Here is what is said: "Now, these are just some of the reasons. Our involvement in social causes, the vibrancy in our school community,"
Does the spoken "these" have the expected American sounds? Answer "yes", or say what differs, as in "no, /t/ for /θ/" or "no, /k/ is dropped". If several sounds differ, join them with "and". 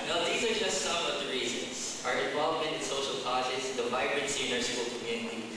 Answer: yes